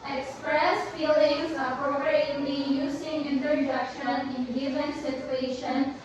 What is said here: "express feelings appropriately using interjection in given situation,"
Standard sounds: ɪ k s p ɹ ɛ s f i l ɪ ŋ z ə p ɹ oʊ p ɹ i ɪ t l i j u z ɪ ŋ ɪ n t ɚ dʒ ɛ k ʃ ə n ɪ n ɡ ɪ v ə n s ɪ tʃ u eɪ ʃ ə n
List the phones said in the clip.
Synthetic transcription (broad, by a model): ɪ k s p ɹ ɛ s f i l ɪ ŋ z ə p ɹ oʊ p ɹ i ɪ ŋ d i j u s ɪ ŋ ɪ n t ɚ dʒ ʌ k ʃ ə n ɪ n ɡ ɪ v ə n s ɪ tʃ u eɪ ʃ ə n